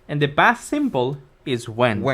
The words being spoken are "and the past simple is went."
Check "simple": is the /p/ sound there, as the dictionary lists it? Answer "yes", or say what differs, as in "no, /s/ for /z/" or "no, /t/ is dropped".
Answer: no, /b/ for /p/